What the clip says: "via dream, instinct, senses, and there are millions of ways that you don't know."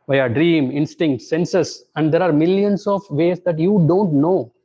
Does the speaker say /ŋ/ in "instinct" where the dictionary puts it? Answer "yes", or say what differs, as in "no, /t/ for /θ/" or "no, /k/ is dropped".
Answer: yes